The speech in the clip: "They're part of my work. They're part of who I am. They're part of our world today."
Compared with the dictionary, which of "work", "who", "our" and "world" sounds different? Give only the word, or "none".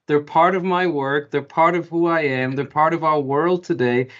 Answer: none